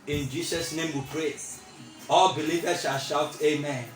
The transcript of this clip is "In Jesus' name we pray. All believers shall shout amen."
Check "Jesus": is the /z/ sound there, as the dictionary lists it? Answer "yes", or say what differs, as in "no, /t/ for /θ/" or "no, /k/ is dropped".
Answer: no, /s/ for /z/